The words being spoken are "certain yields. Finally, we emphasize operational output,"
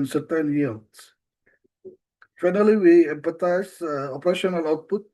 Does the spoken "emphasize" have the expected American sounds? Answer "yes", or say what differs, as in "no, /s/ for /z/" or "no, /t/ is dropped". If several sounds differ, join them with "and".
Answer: no, /p/ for /f/ and /s/ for /z/